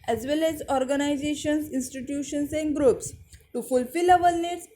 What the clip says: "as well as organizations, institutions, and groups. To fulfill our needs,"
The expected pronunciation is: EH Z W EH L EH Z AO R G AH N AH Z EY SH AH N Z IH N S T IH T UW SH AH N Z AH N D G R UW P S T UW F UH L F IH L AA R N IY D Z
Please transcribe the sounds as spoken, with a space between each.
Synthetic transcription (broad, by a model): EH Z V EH L EH Z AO R G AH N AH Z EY SH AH N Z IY N S T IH T UW SH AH N S AH N D G R UW P S T UW F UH L F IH L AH L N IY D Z